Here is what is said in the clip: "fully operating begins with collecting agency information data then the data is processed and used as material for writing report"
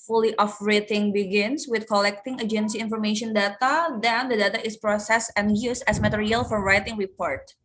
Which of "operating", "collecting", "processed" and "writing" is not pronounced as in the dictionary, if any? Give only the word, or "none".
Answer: operating